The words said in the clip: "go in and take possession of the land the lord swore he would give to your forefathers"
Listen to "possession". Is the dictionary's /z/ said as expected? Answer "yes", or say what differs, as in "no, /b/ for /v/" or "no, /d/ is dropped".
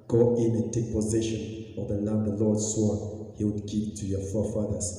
yes